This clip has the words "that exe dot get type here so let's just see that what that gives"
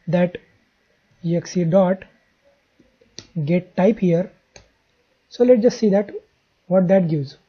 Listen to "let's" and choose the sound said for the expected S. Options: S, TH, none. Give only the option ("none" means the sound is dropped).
none